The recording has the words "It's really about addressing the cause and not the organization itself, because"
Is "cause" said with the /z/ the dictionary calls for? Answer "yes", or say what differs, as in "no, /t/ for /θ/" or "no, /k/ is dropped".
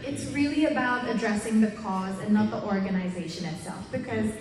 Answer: yes